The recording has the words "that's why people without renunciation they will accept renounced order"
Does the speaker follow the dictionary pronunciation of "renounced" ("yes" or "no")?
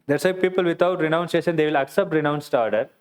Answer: yes